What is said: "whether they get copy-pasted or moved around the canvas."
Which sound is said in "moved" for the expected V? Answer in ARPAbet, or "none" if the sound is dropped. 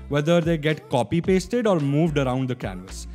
V